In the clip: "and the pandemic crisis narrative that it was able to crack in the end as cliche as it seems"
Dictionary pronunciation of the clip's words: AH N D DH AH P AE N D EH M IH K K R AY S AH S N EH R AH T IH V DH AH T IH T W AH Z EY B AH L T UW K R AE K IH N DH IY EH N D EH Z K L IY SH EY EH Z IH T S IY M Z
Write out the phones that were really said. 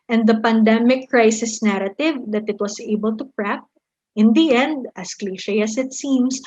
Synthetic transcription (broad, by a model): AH N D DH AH P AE N D EH M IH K K R AY S AH S N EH R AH T IH V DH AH T IH T W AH S EY B AH L T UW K R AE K IH N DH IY EH N D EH S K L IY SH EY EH S IH T S IY M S